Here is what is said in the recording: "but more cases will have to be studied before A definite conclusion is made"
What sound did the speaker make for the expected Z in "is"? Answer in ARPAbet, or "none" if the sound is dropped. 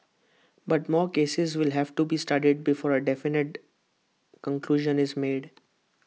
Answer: Z